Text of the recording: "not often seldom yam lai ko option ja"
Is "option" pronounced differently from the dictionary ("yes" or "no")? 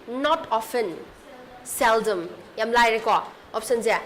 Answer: yes